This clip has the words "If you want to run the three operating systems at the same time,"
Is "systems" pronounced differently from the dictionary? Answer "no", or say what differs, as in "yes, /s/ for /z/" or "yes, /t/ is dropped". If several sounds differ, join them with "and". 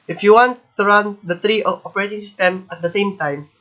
yes, /z/ is dropped